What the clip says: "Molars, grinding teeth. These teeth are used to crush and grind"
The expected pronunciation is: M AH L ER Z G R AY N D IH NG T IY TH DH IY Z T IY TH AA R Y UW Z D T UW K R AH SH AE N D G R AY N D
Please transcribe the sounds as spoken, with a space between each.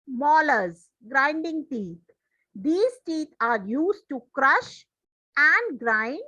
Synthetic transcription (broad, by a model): M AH L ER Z G R AY N D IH NG T IY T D IY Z T IY T AA R Y UW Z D T UW K R AH SH AE N D G R AY N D